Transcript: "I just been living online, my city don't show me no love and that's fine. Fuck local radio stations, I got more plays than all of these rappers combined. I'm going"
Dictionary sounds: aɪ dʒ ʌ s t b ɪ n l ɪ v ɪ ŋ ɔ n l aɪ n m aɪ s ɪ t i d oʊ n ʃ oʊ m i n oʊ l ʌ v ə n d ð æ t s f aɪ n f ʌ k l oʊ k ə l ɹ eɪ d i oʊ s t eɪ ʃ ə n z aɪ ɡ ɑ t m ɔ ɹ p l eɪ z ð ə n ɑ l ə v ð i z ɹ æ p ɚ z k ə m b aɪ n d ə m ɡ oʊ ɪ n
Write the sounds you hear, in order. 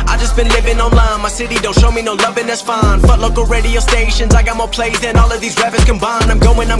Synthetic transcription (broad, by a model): aɪ dʒ ʌ s b ɪ n l ɪ v ɪ ŋ ɔ n l aɪ n m aɪ s ɪ t i d oʊ n ʃ oʊ m i n oʊ l ʌ v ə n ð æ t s f aɪ n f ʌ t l oʊ k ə l ɹ eɪ d i oʊ s t eɪ ʃ ə n z aɪ ɡ ɑ t m ɔ ɹ p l eɪ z ð ə n ɑ l ə v ð i z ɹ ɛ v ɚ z k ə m b aɪ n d ə m ɡ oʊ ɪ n